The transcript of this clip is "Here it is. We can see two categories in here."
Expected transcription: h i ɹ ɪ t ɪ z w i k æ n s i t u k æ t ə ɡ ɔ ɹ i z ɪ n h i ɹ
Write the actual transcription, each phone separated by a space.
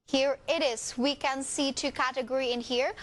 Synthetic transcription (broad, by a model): h i ɹ ɪ t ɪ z w i k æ n s i t u k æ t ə ɡ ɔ ɹ i ɪ n h i ɹ